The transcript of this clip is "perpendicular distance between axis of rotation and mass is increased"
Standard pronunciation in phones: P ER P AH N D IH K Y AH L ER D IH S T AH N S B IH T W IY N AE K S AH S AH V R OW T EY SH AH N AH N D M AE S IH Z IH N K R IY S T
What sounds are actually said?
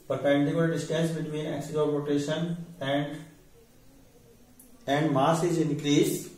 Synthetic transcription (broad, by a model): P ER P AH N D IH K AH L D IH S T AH S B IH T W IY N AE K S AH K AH P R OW T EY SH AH N AH N D M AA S IH Z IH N K R IY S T